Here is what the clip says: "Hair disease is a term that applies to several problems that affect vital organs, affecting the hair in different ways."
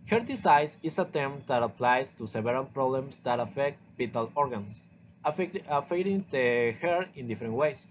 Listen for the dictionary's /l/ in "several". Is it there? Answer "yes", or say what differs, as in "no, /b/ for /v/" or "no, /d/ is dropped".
no, /n/ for /l/